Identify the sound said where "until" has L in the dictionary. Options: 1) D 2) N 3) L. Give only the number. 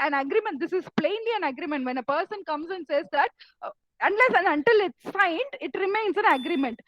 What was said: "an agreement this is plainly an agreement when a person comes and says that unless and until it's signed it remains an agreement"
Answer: 3